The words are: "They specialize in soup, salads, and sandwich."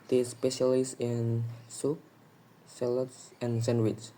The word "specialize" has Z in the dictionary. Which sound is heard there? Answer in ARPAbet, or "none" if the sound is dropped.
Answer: S